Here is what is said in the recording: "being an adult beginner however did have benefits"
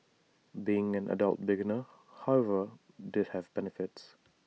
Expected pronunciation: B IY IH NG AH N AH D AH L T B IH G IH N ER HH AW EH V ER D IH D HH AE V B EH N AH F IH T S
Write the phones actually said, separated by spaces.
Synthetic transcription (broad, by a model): B IY IH NG AH N AH D AH L T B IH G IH N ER HH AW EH V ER D IH D HH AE V B EH N AH F IH T S